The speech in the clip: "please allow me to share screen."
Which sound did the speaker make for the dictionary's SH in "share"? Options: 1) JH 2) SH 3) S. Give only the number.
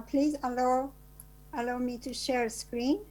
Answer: 2